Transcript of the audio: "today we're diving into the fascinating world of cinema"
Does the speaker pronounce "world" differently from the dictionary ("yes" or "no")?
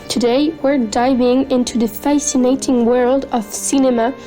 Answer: no